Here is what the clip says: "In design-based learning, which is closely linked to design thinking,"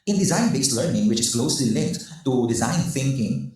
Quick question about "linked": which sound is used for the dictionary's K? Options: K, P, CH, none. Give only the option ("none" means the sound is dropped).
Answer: none